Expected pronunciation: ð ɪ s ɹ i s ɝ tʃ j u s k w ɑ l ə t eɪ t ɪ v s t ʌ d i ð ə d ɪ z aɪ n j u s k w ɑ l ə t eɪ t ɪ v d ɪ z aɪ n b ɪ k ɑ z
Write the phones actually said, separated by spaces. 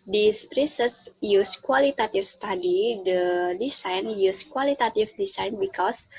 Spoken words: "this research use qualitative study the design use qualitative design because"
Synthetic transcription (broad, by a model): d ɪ s ɹ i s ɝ s j u s k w ɑ l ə t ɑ t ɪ f s t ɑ d i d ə d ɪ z aɪ n j u s k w ɑ l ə t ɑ t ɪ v d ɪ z aɪ n b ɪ k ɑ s